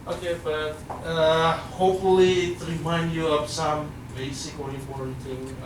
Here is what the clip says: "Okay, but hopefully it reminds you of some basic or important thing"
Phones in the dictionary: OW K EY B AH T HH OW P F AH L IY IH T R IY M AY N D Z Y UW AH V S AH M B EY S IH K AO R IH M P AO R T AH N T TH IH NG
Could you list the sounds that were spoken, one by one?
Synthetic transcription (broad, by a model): OW K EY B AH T HH OW P F AH L IY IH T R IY M AY N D Y UW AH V S AH M B EY S IH K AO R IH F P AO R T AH T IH